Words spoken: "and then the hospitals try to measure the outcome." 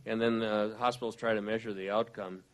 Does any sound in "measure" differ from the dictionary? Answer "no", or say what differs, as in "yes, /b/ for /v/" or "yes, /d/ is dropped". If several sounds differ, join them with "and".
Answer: no